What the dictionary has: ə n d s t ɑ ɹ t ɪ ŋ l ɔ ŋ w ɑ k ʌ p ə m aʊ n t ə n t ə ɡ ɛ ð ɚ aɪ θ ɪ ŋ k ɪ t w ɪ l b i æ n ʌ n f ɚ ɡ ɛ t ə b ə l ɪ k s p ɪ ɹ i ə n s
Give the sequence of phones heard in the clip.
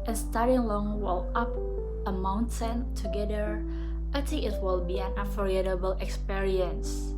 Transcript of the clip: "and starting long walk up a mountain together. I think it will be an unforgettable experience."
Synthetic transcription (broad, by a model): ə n s t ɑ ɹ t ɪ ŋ l ɔ ŋ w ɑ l ʌ p ə m aʊ n t ə n t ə ɡ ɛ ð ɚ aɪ t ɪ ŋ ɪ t w ɪ l b i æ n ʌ f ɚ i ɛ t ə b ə l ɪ k s p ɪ ɹ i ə n s